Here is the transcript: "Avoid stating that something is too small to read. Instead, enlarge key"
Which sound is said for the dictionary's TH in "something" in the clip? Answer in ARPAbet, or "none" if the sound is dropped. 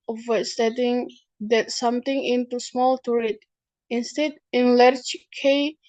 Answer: T